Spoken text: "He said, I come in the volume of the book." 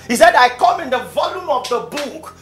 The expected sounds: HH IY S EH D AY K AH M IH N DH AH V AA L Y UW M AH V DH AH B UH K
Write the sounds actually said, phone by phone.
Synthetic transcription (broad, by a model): HH IY S EH D AY K AH M IH N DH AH V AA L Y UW M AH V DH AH B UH K